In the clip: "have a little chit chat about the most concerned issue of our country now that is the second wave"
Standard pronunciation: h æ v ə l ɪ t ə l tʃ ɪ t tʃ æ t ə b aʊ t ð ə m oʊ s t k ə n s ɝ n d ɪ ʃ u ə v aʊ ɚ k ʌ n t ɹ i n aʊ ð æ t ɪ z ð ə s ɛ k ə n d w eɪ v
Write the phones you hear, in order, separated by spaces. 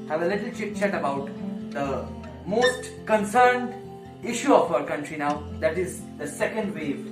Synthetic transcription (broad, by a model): h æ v ə l ɪ t ə l tʃ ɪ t tʃ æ t ə b aʊ t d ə m oʊ s t k ə n s ɝ n d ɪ ʃ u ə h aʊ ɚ k ʌ n t ɹ i n aʊ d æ t ɪ z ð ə s ɛ k ə n d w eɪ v